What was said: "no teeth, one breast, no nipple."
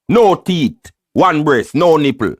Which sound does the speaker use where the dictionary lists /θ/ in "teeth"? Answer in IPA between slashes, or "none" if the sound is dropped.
/t/